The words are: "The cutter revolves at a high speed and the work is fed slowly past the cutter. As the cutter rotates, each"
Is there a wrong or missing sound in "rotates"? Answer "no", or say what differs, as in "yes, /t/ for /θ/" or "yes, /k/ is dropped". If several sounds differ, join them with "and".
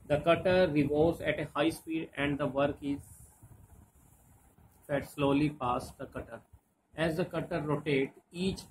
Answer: yes, /s/ is dropped